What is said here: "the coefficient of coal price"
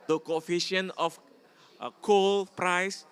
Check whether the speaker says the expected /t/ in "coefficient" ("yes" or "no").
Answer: no